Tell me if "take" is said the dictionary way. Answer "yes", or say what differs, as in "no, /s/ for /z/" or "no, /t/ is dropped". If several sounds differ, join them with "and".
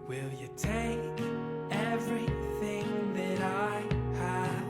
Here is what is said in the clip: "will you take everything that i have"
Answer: yes